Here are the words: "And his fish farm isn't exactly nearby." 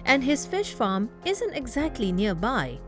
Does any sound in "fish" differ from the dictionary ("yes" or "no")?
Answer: no